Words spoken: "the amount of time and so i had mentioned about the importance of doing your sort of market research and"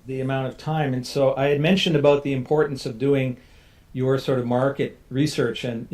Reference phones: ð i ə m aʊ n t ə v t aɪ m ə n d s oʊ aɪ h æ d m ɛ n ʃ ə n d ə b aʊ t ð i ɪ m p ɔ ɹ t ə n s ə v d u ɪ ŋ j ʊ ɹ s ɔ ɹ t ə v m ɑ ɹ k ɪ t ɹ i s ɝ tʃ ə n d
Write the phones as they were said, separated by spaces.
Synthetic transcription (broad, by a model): ð i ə m aʊ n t ə v t aɪ m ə n s oʊ aɪ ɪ d m ɛ n ʃ ə n d ə b aʊ t ð i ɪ m p ɔ ɹ t n s ə v d u ɪ ŋ j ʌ ɹ s ɔ ɹ t ə v m ɑ ɹ k ɪ t ɹ i s ɝ tʃ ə n